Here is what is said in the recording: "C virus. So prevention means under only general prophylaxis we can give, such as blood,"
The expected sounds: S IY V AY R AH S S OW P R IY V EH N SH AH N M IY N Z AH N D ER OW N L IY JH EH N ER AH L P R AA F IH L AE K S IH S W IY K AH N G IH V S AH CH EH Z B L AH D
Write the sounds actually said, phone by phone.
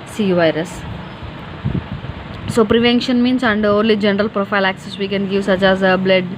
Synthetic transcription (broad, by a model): S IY V AY R AH S S OW P R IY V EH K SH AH N M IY N S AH N D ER OW N L IY JH EH N ER AH L P R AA F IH L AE K S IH S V IY K AH N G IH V S AH CH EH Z B L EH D